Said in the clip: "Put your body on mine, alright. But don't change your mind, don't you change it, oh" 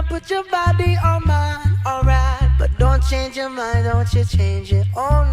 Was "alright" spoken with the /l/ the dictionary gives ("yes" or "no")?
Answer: yes